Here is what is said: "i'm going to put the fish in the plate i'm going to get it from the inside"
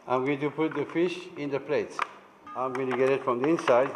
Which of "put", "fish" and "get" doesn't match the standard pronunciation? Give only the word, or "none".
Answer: none